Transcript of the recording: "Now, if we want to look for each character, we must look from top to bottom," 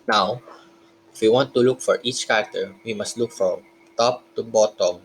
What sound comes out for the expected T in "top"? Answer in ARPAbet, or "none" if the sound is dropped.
T